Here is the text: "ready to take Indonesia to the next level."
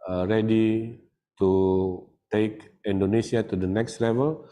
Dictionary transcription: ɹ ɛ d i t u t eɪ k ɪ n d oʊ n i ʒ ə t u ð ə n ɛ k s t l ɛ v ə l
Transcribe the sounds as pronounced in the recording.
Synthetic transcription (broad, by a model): ɹ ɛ d i t u t eɪ k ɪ n d oʊ n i s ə t u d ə n ɛ k s t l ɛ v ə l